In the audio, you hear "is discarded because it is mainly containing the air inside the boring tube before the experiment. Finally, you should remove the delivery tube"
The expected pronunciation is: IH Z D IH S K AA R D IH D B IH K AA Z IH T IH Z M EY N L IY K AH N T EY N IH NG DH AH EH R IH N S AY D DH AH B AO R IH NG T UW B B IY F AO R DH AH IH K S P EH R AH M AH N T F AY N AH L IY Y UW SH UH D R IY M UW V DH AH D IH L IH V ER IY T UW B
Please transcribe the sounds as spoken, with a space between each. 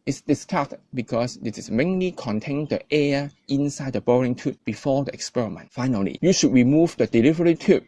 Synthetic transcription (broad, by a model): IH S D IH S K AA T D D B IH K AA S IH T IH S M EY N L IY K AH N T EY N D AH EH IH N S AY D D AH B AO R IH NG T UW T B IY F AO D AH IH K S P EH R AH M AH N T F AY N AH L IY Y UW SH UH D R IY M UW V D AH D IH L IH V ER IY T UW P